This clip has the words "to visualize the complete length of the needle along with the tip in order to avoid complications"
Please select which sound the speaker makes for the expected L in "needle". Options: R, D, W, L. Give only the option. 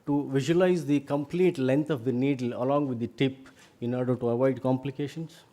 L